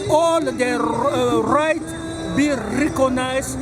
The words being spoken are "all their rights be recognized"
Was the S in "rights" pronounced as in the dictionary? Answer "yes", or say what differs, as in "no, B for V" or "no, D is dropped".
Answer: no, S is dropped